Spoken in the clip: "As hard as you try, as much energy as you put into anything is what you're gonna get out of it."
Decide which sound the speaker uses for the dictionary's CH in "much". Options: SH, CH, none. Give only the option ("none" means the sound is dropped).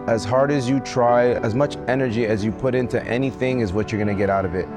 CH